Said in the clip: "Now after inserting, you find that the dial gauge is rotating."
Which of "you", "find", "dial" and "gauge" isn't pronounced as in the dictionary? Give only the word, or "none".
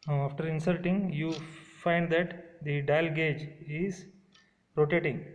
none